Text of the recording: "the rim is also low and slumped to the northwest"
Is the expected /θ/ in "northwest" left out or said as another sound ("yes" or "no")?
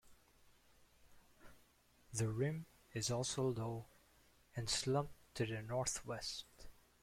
no